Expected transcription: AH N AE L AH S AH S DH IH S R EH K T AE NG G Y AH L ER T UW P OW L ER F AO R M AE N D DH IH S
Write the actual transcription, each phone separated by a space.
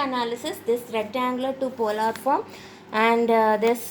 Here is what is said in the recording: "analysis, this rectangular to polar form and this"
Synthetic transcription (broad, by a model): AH N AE L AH S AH S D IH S R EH T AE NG G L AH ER T UW P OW L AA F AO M AE N D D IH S